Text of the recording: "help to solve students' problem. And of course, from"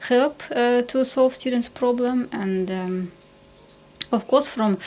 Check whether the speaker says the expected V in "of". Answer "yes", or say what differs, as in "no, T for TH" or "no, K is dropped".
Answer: no, F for V